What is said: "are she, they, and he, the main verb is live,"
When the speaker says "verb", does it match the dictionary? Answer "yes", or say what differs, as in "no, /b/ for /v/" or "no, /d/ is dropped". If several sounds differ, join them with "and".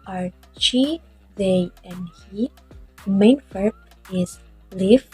no, /f/ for /v/